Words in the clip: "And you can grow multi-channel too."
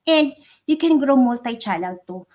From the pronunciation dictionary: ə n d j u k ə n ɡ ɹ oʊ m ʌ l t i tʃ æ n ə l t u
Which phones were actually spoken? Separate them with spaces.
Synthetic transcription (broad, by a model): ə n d j u k ə n ɡ ɹ oʊ m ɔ l t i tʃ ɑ l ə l t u